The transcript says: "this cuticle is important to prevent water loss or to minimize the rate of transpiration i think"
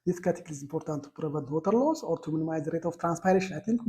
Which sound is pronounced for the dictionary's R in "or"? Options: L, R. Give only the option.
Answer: R